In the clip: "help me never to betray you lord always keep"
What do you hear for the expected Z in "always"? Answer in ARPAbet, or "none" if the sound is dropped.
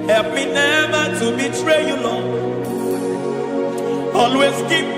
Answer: S